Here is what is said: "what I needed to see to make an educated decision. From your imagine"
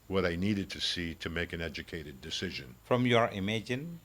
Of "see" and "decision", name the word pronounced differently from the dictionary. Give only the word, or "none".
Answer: none